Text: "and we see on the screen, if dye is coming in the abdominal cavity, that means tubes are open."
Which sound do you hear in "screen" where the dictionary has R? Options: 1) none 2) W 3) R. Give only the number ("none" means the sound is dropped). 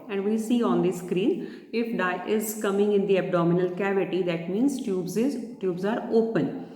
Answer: 3